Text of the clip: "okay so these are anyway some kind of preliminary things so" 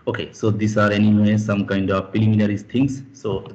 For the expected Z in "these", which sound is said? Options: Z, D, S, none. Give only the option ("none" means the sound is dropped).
S